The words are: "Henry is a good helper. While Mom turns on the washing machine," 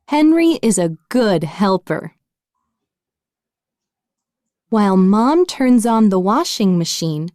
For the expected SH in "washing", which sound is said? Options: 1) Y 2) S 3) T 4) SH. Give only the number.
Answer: 4